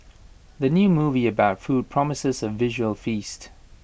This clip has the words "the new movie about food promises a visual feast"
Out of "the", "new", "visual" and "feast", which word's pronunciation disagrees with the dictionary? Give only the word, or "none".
none